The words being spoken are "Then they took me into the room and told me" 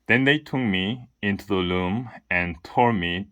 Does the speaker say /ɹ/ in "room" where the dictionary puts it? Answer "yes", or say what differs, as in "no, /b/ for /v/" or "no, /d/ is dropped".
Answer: no, /l/ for /ɹ/